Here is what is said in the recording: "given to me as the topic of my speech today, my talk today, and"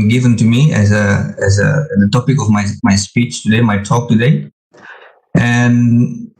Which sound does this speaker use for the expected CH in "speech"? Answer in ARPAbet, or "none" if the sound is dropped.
CH